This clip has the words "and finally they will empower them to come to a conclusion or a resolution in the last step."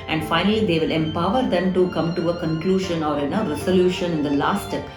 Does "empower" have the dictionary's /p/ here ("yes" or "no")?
yes